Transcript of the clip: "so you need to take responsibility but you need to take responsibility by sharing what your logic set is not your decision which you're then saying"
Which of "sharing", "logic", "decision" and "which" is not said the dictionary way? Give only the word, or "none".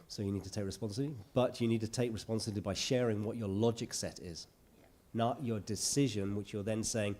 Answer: none